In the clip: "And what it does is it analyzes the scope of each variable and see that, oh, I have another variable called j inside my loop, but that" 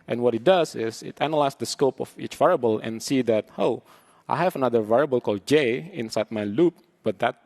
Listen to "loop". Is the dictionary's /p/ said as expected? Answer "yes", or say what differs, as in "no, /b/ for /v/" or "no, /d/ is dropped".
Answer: yes